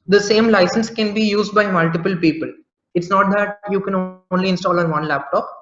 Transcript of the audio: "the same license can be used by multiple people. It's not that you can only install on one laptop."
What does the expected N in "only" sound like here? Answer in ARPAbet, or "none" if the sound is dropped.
N